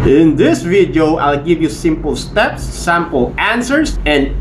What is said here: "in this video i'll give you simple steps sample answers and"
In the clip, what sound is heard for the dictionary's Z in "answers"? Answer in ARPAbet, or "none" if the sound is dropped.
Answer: S